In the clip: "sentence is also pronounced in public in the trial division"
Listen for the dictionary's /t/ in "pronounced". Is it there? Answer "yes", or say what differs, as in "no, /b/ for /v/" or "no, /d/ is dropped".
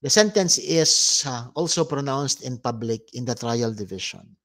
yes